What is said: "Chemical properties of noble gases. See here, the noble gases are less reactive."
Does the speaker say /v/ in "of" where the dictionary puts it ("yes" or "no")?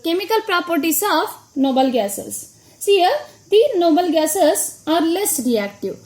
no